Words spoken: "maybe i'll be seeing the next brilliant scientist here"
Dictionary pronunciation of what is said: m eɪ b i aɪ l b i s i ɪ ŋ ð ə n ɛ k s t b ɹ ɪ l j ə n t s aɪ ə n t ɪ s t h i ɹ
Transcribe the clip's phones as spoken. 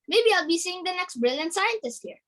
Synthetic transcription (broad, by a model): m eɪ b i aɪ l b i s i ɪ ŋ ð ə n ɛ k s t b ɹ ɪ l j ə n t s aɪ ə n t ɪ s t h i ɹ